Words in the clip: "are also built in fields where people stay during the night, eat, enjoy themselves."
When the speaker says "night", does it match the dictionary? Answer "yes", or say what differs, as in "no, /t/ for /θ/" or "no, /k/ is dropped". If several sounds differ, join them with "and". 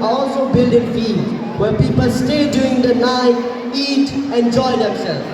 no, /t/ is dropped